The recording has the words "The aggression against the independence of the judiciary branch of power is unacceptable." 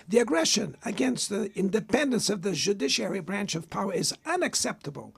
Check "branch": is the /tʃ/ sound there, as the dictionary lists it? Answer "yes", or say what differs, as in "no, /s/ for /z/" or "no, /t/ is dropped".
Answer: yes